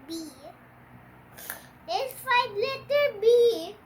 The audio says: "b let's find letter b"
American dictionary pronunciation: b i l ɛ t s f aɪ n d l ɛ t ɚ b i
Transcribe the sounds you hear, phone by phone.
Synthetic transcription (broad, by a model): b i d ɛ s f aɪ d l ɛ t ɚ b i